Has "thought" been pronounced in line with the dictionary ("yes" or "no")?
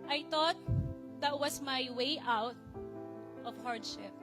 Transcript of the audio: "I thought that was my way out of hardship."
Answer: no